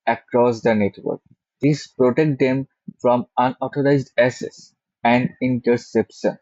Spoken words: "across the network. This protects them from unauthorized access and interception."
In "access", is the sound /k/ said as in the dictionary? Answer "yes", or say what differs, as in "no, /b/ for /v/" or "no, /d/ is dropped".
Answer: no, /k/ is dropped